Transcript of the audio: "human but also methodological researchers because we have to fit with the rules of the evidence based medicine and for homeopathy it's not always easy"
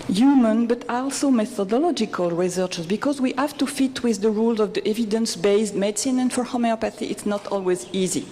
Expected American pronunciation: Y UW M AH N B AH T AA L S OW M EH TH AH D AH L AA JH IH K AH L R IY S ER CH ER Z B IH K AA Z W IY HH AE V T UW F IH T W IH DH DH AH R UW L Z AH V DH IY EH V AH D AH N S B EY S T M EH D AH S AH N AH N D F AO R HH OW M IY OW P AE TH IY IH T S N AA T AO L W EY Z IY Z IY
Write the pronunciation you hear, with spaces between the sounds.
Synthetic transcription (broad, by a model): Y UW M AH N B AH T AA L S OW M EH TH AH D AH L AA JH IH K AH L R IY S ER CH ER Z B IH K AA Z W IY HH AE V T UW F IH T W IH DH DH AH R UW L Z AH V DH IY EH V AH D AH N S B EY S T M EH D S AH N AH N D F AO R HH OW M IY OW P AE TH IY IH T S N AA T AO L W EY Z IY Z IY